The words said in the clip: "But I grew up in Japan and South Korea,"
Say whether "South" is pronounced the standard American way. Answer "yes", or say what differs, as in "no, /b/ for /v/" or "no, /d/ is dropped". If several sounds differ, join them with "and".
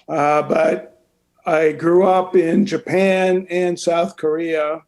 yes